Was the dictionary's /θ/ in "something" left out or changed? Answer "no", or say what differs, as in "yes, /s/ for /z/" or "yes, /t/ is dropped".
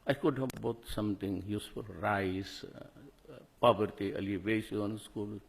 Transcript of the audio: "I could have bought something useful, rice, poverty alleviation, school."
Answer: yes, /t/ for /θ/